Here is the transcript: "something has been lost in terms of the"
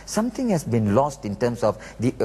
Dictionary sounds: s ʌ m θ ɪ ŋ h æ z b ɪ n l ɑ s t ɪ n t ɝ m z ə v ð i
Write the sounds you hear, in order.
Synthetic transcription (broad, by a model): s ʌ m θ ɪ ŋ h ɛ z b ɪ n l ɑ s t ɪ n t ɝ m s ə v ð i